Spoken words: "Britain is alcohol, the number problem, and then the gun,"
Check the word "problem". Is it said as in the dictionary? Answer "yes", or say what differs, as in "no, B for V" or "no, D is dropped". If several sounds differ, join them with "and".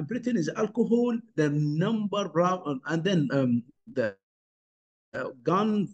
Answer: no, M is dropped